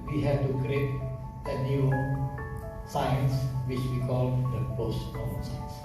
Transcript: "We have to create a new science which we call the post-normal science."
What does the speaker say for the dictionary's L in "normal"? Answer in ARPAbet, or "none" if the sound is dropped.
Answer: N